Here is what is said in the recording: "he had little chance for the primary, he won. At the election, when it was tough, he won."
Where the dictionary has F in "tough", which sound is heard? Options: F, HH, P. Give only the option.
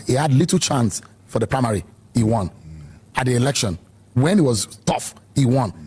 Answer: F